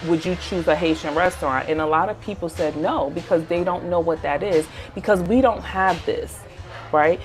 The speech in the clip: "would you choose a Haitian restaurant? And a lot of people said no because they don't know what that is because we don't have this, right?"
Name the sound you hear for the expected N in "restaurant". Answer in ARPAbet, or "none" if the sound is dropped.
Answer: N